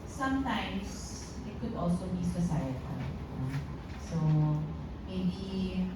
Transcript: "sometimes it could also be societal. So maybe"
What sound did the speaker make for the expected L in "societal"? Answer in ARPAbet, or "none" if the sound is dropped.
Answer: N